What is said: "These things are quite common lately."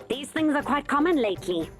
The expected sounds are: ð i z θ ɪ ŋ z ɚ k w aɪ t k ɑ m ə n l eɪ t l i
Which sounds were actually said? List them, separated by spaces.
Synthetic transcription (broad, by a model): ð i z θ ɪ ŋ z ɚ k w aɪ t k ɑ m ə n l eɪ t l i